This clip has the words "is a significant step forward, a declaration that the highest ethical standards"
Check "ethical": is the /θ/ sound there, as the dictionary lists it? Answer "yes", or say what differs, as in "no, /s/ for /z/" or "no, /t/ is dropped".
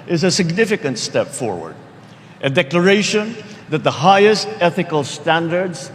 yes